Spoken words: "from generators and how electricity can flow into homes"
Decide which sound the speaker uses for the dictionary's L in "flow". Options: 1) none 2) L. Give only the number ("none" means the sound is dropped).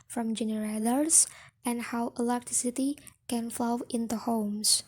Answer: 2